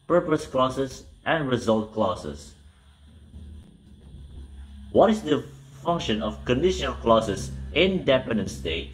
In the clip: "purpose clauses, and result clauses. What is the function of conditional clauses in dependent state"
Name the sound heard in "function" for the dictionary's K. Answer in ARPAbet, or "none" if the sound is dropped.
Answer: K